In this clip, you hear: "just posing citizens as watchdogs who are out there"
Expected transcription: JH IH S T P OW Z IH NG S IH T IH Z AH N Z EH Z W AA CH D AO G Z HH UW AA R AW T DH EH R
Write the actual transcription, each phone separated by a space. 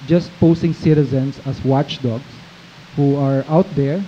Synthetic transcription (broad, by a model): JH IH S T P OW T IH NG S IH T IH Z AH N S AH S W AA CH D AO G S HH UW AA R AW T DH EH R